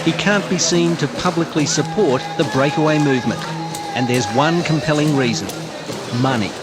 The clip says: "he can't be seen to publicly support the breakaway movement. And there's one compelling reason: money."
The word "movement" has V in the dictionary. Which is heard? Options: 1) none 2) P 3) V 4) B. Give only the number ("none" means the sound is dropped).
3